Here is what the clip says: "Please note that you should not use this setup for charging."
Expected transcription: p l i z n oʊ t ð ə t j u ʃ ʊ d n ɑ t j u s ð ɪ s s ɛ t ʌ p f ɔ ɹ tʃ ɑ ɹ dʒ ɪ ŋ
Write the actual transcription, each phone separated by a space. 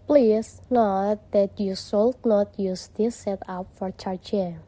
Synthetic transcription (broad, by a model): p l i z n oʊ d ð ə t j u s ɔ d n ɑ t j u s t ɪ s s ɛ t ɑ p f ɔ ɹ tʃ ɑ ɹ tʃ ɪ